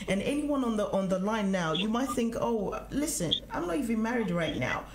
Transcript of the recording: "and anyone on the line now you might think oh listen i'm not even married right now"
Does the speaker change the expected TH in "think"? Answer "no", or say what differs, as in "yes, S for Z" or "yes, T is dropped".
no